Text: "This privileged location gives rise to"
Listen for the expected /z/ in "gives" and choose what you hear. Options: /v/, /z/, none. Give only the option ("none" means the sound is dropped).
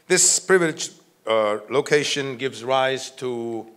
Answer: /z/